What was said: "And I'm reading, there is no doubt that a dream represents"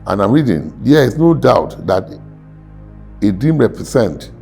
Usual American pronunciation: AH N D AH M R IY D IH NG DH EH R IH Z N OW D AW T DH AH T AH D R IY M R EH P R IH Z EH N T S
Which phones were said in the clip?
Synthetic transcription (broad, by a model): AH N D AH M R IY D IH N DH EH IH S N OW D AW T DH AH T AH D IY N R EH P R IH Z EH N T